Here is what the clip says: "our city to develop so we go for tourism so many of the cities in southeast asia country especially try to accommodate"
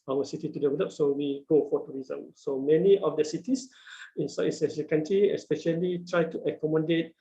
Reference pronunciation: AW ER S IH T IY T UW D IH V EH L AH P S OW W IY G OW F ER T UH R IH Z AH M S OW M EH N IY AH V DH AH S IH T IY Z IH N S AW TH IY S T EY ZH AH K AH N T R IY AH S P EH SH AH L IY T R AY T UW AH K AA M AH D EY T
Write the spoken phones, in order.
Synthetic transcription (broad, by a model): AW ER S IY T IY T UW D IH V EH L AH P S OW W IY G OW F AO T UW R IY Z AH M S OW M EH N IY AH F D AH S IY T IY S IH N S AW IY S EY S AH K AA N T R IY AH S P EH SH AH L IY T R AY T UW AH K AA M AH D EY T